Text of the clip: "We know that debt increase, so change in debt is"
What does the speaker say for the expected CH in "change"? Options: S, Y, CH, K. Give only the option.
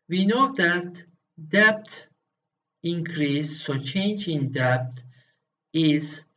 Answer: CH